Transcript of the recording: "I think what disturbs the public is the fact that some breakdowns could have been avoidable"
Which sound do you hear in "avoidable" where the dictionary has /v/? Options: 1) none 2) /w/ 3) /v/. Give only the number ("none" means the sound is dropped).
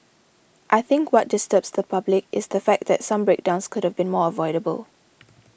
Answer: 3